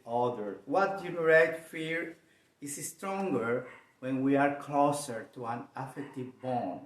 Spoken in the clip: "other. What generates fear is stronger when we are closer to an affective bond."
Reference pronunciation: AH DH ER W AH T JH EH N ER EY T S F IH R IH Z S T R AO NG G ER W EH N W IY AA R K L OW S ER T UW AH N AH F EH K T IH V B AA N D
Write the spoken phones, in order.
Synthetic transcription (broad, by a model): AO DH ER W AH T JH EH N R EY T F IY R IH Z S T R AO NG G ER W EH N W IY AA R K L OW S ER T UW AH N AH F EH K T IH V B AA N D